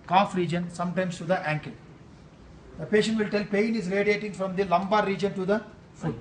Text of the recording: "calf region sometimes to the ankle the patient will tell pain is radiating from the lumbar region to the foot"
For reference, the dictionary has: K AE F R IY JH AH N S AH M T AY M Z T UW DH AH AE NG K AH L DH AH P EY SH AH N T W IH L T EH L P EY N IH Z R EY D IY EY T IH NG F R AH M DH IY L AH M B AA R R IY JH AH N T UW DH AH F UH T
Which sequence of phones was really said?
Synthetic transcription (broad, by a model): K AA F R IY JH AH N S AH M T AY M S T UW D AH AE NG K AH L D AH P EY SH AH N T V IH L T EH L P EY N IH Z R EY D IY EY T IH NG F R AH M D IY L AH M B AA R R IY JH AH N T UW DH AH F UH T